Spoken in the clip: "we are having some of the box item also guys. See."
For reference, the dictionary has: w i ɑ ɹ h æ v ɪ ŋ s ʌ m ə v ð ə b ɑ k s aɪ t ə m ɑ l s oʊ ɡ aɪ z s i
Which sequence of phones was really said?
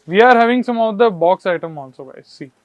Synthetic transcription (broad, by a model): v i ɑ ɹ h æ v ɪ ŋ s ʌ m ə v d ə b ɑ k s aɪ t ə m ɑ n s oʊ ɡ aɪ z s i